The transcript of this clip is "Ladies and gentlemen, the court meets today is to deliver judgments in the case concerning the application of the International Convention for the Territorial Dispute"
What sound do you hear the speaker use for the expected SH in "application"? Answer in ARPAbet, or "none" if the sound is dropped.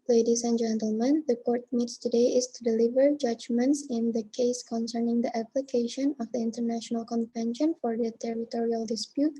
SH